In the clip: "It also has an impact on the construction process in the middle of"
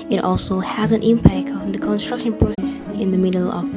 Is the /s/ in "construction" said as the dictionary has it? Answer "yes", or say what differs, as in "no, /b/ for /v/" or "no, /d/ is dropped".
yes